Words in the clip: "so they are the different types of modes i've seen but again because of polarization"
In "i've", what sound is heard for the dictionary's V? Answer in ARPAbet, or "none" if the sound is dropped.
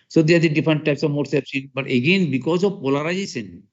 P